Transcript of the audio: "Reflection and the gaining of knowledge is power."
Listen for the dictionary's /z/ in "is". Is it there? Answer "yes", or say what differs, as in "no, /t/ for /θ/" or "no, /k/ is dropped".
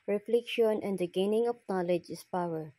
no, /s/ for /z/